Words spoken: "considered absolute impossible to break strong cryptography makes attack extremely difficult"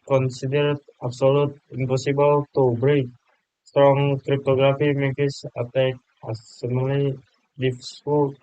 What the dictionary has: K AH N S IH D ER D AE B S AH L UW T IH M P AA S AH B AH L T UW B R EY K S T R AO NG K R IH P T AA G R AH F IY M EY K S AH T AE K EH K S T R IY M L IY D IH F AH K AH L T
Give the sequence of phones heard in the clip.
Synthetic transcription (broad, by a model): K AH N S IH D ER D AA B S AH L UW T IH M P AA S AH B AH L T UW B R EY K S T R AO NG K R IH P T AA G R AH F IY M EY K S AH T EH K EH S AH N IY L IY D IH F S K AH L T